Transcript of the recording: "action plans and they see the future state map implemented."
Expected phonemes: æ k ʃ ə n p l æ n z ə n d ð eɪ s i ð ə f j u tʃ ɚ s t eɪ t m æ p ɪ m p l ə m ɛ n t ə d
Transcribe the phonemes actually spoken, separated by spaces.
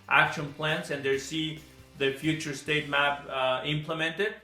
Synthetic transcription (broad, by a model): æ k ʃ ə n p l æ n s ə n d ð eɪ s i ð ə f j u tʃ ɚ s t eɪ t m æ p ɪ m p l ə m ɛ n t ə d